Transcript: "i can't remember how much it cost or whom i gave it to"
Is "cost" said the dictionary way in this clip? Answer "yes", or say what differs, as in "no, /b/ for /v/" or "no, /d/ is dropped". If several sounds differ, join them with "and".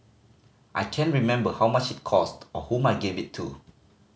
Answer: yes